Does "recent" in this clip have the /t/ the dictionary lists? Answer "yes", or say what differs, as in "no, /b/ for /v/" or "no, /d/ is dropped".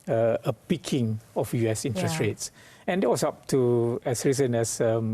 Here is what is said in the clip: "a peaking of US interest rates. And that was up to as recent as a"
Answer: no, /t/ is dropped